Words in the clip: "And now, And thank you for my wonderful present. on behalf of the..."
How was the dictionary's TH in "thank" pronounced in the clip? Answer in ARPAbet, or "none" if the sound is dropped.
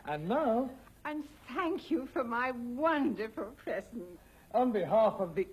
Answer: TH